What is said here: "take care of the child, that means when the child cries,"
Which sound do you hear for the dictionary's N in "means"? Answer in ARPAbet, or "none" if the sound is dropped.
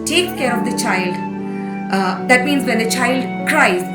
N